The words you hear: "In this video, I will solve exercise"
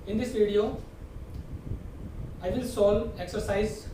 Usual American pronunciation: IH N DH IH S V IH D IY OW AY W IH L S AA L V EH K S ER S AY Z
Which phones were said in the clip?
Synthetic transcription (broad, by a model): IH N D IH S V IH D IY OW AY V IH L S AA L EH K S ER S AY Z